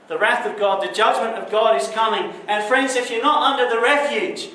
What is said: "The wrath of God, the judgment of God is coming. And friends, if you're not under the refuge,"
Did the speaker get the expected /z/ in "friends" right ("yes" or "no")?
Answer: yes